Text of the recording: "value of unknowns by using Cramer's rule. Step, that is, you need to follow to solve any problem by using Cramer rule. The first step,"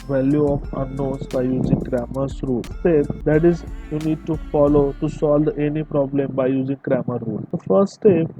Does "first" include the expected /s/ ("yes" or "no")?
no